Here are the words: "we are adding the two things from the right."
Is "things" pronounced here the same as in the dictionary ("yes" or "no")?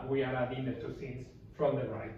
no